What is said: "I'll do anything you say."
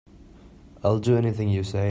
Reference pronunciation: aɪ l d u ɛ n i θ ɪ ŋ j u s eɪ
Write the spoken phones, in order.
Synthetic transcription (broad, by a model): aɪ l d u ɛ n i θ ɪ ŋ j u s eɪ